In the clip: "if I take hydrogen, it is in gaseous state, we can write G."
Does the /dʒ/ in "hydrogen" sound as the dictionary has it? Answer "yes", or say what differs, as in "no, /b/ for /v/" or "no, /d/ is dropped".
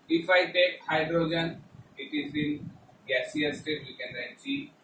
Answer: yes